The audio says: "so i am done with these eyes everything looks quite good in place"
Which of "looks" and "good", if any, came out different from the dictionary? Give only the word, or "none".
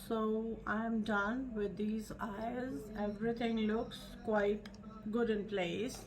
none